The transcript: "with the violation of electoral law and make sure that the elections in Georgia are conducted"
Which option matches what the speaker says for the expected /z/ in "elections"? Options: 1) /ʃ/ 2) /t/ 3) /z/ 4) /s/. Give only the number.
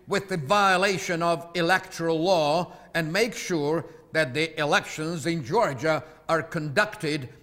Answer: 3